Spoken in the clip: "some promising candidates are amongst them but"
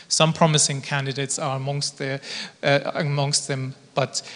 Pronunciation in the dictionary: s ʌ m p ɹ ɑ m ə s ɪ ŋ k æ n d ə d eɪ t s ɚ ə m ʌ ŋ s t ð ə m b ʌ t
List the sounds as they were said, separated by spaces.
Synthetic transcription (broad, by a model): s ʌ m p ɹ ɑ m ə s ɪ ŋ k æ n d ə d eɪ t s ɚ ə m ʌ ŋ s t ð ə m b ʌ t